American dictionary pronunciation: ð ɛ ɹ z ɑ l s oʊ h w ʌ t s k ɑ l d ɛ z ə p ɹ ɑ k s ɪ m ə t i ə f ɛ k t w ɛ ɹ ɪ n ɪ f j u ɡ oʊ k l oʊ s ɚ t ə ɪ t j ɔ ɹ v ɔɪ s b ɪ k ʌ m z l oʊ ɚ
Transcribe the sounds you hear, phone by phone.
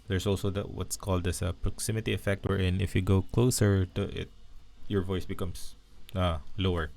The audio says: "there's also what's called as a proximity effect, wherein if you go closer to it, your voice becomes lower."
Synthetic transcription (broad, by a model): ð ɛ ɹ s ɑ l s oʊ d w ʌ t s k ɑ l d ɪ s ə p ɹ ɑ k s ɪ m ə t i ə f ɛ k t w ɛ ɹ ɪ n ɪ f j u ɡ oʊ k l oʊ s ɚ t ə ɪ t j ɔ ɹ v ɔɪ s b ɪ k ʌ m s l oʊ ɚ